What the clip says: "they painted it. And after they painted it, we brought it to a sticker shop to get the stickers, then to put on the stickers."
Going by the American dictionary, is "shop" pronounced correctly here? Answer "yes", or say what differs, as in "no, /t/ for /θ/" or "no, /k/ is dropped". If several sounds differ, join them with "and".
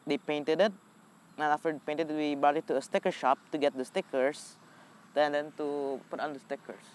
yes